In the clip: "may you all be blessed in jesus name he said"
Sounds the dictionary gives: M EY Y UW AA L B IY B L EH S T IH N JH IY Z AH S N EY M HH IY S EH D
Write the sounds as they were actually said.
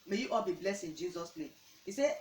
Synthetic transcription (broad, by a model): M EY Y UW AA L B IY B L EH S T IH N JH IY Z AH S L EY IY S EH